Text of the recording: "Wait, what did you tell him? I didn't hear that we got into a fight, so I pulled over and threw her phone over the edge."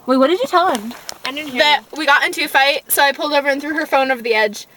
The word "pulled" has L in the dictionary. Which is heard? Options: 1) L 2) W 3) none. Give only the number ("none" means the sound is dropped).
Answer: 1